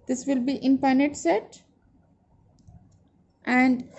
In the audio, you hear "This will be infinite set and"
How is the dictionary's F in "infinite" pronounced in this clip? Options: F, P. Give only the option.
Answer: P